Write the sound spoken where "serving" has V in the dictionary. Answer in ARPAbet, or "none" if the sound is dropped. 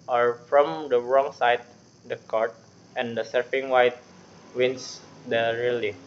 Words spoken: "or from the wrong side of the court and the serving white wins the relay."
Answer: F